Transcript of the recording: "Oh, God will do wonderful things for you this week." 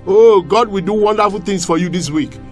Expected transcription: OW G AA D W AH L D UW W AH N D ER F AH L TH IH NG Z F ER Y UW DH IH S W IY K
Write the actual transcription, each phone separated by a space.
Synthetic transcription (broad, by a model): OW G AA D W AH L D UW W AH N D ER F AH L T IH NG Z F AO Y UW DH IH S W IY K